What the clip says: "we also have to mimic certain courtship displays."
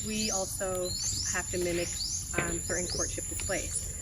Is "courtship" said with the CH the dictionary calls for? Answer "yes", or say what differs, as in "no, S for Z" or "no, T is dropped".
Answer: yes